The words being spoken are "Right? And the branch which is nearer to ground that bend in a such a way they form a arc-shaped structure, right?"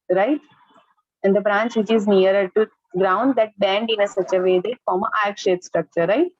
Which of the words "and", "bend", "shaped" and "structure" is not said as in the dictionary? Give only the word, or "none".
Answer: shaped